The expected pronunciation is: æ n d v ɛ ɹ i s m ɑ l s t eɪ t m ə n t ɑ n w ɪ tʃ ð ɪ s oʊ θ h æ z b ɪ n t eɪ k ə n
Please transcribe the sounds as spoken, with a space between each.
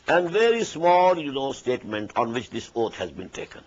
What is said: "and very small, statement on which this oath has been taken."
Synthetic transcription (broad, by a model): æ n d v ɛ ɹ i s m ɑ l s t eɪ t m ə n t ɑ n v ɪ tʃ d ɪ s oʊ t h æ z b ɪ n t eɪ k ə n